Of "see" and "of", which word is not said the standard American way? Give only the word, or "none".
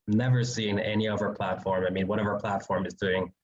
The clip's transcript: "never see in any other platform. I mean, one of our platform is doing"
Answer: none